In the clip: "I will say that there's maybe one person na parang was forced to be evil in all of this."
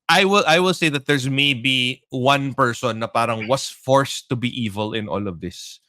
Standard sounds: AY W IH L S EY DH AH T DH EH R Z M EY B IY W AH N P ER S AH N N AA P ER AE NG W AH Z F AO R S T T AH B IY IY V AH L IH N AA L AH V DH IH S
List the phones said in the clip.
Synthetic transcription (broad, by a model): AY W IH L S EY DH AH T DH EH R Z M EY B IY W AH N P ER S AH N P AA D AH NG W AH S F AO R S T T AH B IY IY V AH L IH N AA L AH V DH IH S